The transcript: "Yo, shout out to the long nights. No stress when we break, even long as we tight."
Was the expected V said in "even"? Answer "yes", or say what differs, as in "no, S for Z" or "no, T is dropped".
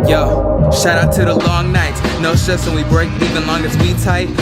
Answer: yes